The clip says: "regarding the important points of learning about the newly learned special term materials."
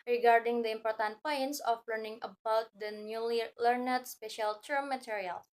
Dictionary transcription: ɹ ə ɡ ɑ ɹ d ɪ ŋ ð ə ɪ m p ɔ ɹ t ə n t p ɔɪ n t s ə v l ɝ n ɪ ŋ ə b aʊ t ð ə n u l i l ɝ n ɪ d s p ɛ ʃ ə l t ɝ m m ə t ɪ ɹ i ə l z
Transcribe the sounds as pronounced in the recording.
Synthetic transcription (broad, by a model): ɹ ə ɡ ɑ ɹ d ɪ ŋ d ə ɪ m p ɔ ɹ t ə n t p ɔɪ n t s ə f l ɝ n ɪ ŋ ə b aʊ t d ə n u l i l ɝ n ɪ d s p ɛ ʃ ə l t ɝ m m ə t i ɹ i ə l